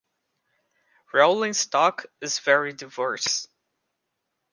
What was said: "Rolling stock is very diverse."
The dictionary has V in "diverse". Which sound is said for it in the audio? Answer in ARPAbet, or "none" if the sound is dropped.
V